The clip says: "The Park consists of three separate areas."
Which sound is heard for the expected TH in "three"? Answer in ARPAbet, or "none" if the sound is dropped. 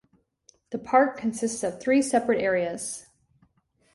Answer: TH